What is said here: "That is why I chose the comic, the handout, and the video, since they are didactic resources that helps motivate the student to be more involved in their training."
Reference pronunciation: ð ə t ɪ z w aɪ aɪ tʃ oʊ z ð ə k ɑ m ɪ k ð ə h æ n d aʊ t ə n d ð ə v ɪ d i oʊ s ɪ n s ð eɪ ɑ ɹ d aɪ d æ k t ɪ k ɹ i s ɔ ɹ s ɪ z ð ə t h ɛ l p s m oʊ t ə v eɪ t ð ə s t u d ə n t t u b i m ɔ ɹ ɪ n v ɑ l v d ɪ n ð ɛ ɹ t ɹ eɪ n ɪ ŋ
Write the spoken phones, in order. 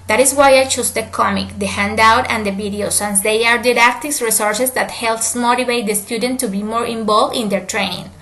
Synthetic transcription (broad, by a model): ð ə t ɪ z w aɪ aɪ tʃ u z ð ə k ɑ m ɪ k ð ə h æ n d aʊ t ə n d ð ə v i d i oʊ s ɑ n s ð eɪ ɑ ɹ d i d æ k t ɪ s ɹ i s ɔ ɹ s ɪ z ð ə t h ɛ l p s m oʊ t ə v eɪ t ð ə s t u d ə n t t u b i m ɔ ɹ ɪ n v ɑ l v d ɪ n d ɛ ɹ t ɹ eɪ n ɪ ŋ